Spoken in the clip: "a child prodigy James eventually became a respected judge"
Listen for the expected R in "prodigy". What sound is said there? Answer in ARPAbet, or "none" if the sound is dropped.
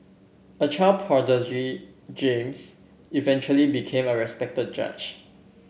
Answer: none